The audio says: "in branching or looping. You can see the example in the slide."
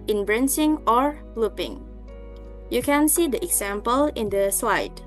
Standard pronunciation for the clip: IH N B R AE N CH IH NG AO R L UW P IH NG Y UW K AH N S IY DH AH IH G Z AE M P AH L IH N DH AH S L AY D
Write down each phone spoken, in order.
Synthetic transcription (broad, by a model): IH N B R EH N S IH NG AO R L UW P IH NG Y UW K AH N S IY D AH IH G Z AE M P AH L IH N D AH S L AY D